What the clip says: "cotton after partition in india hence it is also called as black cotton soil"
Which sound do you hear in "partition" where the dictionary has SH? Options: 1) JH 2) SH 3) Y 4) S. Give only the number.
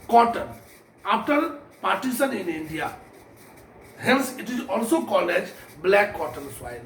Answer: 4